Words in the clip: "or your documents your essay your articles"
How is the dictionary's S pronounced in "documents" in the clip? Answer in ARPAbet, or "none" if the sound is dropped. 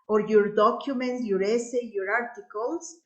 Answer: none